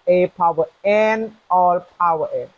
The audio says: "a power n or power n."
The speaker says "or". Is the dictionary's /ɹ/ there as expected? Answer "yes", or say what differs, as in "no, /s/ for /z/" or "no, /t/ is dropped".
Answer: no, /l/ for /ɹ/